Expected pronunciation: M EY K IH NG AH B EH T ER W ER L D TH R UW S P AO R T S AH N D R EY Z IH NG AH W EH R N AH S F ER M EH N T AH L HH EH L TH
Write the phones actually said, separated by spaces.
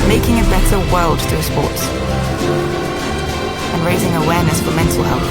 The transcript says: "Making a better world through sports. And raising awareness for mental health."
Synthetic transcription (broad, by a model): M EY K IH NG AH B EH T ER W ER L D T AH S P AO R T S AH N R EY Z IH NG AH W EH R N AH S F ER M EH N T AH L HH EH L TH